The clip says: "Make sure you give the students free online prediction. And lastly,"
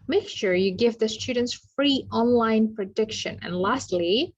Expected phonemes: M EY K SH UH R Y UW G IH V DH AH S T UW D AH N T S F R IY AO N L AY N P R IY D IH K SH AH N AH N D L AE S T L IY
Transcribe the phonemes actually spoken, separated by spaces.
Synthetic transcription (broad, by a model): M EY K SH UH R Y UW G IH V DH AH S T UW D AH N T S F R IY AO N L AY N P R IY D IH K SH AH N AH N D L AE S T L IY